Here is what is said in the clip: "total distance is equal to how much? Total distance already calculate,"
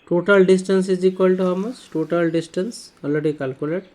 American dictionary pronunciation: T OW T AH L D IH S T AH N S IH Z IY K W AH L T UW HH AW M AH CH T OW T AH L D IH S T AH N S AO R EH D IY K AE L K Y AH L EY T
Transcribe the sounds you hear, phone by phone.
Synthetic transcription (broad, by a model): T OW T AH L D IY S T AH N S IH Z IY K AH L T UW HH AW M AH S T OW T AH L D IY S T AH N S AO L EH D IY K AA L K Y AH L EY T